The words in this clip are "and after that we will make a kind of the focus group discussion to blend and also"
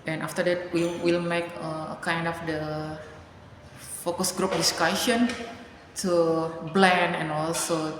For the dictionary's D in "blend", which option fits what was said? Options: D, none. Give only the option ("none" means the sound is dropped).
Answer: none